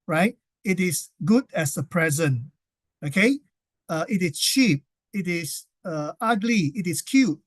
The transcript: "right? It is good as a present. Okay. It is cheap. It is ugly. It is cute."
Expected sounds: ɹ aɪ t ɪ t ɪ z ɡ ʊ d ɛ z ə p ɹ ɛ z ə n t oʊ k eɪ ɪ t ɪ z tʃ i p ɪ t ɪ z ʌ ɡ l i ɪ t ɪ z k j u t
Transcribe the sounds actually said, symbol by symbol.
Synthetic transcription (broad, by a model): ɹ aɪ t ɪ t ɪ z ɡ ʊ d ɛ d ə p ɹ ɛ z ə n oʊ k eɪ ɪ t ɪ s tʃ i p ɪ t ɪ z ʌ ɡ l i ɪ t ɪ s k j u t